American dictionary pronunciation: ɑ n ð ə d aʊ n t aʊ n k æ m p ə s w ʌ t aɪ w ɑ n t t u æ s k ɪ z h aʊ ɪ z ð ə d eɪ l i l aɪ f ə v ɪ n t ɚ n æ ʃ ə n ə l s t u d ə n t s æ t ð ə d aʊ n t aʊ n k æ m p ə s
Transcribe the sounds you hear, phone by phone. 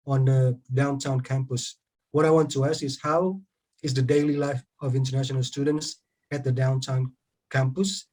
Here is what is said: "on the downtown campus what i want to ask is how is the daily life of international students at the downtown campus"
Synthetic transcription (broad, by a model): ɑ n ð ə d aʊ n t aʊ n k æ m p ə s w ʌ t aɪ w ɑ n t t u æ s ɪ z h aʊ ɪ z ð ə d eɪ l i l aɪ f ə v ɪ n t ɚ n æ ʃ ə n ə l s t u d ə n t s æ t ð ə d aʊ n t aʊ n k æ m p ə s